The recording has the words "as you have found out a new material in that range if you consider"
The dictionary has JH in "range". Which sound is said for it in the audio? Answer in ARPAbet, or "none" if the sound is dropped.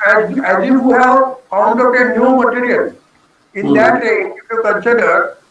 none